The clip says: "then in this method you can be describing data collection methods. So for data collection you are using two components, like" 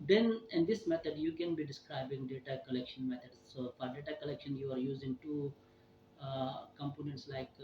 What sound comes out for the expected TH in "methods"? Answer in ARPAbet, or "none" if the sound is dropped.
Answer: T